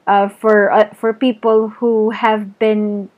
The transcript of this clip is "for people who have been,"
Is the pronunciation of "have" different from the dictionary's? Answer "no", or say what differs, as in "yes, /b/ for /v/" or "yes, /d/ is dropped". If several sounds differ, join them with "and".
no